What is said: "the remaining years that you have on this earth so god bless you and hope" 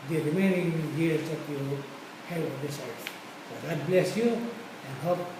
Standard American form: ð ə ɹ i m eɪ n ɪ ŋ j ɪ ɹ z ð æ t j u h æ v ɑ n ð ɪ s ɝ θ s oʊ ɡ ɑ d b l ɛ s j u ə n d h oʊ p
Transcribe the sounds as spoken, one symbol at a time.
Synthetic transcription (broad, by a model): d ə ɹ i m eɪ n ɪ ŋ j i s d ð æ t j u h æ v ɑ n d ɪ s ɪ s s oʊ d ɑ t b l ɛ s j u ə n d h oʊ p